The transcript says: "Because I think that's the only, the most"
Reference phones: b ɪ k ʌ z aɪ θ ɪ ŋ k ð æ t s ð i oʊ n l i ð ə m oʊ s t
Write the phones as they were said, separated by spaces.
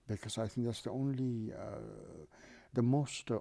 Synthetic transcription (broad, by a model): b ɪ k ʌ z aɪ θ ɪ ŋ k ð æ t s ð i oʊ n l i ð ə m oʊ s t